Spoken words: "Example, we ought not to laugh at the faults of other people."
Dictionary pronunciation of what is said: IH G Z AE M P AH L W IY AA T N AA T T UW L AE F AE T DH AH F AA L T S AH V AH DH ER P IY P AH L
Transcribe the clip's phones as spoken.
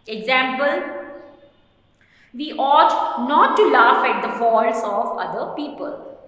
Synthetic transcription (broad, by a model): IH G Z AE M P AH L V IY AA T N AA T T UW L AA F AE T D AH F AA T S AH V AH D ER P IY P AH L